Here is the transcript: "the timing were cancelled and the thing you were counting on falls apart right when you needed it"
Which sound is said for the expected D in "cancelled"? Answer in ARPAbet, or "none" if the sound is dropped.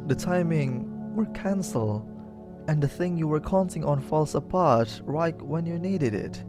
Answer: none